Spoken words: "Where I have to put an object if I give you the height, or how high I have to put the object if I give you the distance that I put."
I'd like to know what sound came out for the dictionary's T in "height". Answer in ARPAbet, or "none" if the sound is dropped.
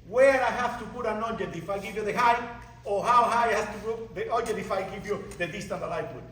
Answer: none